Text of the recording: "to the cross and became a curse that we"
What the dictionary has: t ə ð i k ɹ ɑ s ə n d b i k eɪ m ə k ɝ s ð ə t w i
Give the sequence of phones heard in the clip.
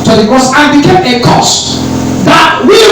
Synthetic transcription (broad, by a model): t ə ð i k ɑ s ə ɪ b i k eɪ m ə k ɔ s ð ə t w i